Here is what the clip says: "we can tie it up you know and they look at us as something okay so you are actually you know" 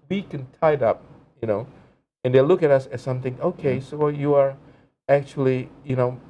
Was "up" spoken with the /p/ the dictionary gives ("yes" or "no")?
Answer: yes